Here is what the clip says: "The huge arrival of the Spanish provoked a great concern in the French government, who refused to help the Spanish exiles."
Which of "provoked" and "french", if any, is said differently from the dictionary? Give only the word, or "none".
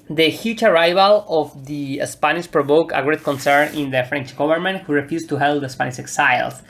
provoked